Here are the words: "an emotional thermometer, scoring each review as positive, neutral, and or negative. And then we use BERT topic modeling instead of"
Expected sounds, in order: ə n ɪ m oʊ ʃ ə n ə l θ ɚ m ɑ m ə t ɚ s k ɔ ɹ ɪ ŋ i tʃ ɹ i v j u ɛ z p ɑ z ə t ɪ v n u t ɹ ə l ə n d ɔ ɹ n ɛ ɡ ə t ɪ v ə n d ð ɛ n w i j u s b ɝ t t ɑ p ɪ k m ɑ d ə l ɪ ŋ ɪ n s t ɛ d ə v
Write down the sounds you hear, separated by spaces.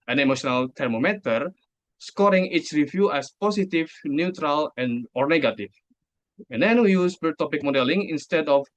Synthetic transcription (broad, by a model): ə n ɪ m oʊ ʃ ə n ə l t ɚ m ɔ m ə t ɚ s k ɔ ɹ ɪ ŋ i tʃ ɹ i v j u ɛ s p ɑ s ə t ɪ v n u t ɹ ə l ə n ɔ ɹ n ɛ ɡ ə t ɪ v ə n d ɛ n w i j u s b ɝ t t ɑ p ɪ k m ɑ d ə l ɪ ŋ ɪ n s t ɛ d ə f